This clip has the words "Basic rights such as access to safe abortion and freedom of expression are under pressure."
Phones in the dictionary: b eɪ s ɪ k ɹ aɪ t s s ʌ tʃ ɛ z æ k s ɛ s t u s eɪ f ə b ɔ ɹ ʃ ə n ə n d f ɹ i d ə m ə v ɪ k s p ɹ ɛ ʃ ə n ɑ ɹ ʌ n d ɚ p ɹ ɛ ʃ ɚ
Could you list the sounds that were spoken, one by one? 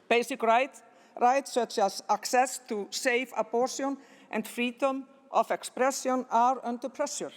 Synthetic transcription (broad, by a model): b eɪ s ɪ k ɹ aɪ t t s ʌ tʃ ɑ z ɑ k s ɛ s t u s eɪ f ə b ɔ ɹ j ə n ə n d f ɹ i d ə m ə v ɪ k s p ɹ ɛ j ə n ɑ ɹ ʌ n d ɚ p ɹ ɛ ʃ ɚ